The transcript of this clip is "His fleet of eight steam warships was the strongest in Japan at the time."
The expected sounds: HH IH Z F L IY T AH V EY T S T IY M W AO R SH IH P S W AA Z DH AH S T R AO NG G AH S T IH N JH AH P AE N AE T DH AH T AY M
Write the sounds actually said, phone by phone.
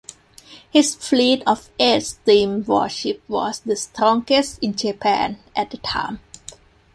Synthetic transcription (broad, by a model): HH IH S F L IY T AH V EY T S T IY M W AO SH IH P W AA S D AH S T R AO NG G AH S T IH N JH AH P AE N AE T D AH T AY M